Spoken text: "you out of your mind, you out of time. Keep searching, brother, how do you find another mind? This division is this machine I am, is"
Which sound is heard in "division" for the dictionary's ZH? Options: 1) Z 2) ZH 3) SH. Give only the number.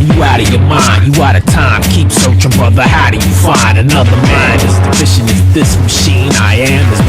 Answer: 3